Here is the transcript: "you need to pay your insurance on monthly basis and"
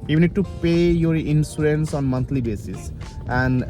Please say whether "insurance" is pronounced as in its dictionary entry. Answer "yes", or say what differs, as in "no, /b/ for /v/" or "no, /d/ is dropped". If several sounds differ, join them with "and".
no, /s/ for /ʃ/